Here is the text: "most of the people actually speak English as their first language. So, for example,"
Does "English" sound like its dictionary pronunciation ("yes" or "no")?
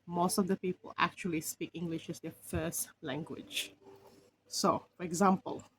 yes